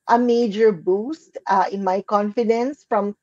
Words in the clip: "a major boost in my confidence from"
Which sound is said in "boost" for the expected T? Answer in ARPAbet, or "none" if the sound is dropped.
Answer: T